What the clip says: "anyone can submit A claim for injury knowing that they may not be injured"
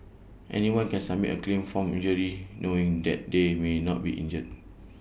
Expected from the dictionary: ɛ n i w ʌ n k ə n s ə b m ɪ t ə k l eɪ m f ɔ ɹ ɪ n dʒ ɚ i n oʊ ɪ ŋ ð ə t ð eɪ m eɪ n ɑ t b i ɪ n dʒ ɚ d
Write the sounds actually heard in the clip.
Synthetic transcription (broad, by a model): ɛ n i w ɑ n k ə n s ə m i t ə k l eɪ m f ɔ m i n dʒ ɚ i n oʊ ɪ ŋ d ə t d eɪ m eɪ n ɑ t b i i n dʒ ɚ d